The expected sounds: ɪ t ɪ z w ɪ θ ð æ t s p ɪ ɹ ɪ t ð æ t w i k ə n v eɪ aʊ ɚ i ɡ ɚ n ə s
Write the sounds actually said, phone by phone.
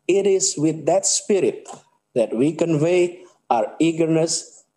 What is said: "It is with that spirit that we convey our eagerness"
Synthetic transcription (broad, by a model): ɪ t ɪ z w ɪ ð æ t s p ɪ ɹ ɪ t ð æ t w i k ə n v eɪ aʊ ɚ i ɡ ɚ n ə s